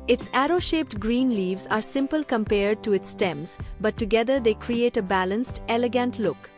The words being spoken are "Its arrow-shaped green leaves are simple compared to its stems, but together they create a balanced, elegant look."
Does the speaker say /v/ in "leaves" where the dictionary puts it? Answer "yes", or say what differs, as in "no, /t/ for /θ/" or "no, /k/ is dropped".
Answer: yes